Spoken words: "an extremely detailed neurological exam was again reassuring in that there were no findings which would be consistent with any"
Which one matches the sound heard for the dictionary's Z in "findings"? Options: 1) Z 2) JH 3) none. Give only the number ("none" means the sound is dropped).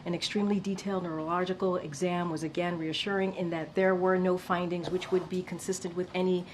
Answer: 1